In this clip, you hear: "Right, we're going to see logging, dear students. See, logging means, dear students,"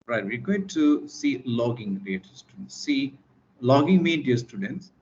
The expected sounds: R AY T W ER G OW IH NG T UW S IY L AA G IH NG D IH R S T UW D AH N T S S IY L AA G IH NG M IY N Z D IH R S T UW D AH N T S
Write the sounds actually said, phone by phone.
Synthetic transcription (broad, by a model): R AY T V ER G OW IH NG T UW S IY L AA G IH NG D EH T S T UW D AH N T S S IY L AA G IH NG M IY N D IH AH S T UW D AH N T S